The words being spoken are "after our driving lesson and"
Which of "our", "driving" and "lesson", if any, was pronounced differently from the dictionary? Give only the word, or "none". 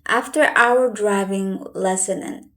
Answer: none